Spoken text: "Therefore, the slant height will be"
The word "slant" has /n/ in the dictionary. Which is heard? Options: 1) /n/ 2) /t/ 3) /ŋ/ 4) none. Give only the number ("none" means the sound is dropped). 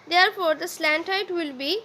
1